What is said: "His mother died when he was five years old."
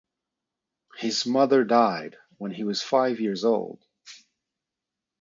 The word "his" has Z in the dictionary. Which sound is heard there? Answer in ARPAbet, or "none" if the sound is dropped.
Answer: Z